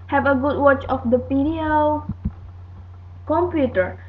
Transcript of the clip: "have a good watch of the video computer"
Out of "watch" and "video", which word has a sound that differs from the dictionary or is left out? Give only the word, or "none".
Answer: video